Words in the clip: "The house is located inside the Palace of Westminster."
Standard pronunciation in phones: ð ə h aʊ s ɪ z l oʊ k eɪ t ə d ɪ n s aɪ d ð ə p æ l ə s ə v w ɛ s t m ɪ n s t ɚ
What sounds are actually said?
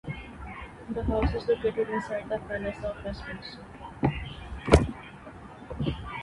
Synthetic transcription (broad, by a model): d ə h aʊ s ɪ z l oʊ k eɪ t ə d ɪ n s aɪ d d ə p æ n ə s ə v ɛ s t ɪ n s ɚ